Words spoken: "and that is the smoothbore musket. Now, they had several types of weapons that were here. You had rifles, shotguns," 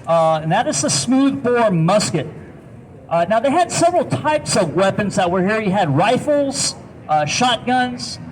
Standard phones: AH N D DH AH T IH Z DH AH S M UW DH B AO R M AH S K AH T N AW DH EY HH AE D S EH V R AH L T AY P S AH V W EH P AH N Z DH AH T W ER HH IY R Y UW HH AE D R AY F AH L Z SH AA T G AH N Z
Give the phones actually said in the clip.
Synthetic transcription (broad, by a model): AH N DH AH T IH Z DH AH S M UW DH B AO R M AH S K AH T N AW DH EY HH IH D S EH V R L T AY P S AH V W EH P AH N Z DH AH T W ER HH IY R Y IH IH D R AY F L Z SH AA T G AH N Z